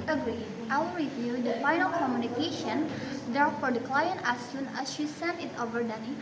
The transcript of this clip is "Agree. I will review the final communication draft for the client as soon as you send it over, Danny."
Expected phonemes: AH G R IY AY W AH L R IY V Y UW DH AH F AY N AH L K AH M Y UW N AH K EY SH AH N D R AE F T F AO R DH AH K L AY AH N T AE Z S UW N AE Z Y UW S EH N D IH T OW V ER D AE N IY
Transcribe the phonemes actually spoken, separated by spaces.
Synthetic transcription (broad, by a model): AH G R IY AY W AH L R IY V Y UW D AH F AY N AH L K AH M Y UW N AH K EY SH AH N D EH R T F AO R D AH K L AY AH N T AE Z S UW N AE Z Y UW S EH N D IH T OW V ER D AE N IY